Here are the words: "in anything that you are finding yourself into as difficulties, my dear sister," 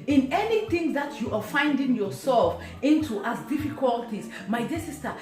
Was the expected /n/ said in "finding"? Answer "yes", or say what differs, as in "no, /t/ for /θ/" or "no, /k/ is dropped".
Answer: yes